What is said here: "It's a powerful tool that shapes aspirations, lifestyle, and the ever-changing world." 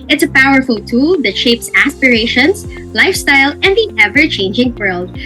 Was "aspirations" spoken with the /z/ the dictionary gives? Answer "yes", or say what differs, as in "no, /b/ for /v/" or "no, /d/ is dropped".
no, /s/ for /z/